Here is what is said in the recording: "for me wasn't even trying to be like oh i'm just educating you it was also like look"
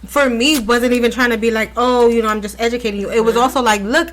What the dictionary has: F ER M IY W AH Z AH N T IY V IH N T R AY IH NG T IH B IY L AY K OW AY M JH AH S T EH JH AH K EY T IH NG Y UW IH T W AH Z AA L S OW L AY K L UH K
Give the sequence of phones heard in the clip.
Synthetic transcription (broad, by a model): F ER M IY W AH Z AH N T IY V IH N T R AY IH NG T IH B IY L AY K OW AY M JH AH S T EH JH AH K EY T IH NG Y UW IH T W AH Z AA L S OW L AY K L UH K